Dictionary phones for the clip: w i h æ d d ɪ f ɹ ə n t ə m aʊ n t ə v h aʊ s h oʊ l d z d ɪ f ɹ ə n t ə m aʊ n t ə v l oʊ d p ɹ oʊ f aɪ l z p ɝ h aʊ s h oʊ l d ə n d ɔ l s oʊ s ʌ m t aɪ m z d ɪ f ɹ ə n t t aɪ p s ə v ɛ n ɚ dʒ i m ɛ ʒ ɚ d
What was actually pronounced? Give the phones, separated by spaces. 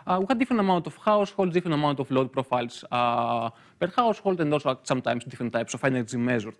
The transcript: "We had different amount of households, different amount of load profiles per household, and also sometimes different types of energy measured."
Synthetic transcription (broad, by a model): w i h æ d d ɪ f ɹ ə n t ə m aʊ n t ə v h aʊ s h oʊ l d d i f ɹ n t ə m aʊ n t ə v l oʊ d p ɹ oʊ f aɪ l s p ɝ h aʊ s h oʊ l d ə n d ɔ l s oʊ s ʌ m t aɪ m s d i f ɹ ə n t t aɪ p s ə f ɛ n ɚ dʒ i m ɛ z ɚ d